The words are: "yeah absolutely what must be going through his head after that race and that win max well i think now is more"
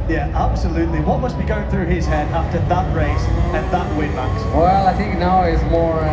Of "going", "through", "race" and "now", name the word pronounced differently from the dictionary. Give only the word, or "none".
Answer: none